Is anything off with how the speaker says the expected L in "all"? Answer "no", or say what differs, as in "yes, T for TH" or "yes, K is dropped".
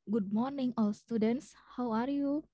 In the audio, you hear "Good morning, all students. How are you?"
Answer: no